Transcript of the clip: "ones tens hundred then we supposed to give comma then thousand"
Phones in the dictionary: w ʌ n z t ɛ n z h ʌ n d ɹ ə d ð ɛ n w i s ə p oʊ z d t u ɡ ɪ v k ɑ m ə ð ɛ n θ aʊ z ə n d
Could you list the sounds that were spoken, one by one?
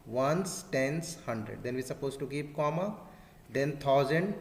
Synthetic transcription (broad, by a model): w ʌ n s t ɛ n s h ʌ n d ɹ ə d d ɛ n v i s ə p oʊ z t u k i p k ɑ m ə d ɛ n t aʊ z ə n d